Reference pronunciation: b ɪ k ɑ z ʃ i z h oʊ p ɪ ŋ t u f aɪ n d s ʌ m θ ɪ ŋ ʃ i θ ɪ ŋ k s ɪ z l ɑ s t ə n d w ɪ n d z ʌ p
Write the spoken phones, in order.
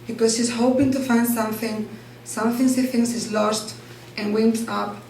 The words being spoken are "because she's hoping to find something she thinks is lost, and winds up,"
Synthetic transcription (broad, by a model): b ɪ k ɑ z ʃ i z h oʊ p ɪ ŋ t u f aɪ n d s ʌ m θ ɪ ŋ s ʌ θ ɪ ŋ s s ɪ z l ɑ s t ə n w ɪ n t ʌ p